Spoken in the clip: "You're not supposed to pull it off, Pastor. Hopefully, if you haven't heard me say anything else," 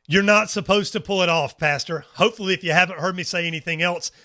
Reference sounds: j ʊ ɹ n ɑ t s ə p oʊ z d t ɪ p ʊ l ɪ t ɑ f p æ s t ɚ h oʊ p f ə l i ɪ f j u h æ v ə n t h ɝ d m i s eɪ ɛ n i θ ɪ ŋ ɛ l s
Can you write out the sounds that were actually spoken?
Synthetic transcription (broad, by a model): j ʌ ɹ n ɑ t s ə p oʊ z t ɪ p ʊ l ɪ t ɑ f p æ s t ɚ h oʊ p f l i ɪ f j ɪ h æ v ə n t h ɝ d m i s eɪ ɛ n i θ ɪ ŋ ɛ l s